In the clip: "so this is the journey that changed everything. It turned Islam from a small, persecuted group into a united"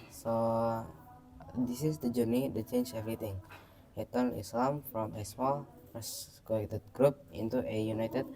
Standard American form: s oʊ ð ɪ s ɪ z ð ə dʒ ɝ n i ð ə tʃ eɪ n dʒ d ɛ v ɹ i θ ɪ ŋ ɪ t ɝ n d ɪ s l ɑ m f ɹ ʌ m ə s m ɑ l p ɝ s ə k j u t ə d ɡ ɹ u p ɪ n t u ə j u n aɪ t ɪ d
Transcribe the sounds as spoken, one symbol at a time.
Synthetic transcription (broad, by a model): s oʊ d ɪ s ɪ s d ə dʒ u n i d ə tʃ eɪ n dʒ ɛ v ɹ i t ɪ ŋ ɪ t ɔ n ɪ s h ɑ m f ɹ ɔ m ə s m ɑ l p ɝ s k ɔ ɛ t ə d ɡ ɹ u p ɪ n t u ə j u n aɪ t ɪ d